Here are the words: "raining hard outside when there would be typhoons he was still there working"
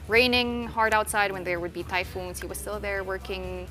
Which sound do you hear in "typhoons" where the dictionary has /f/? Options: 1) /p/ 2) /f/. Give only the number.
2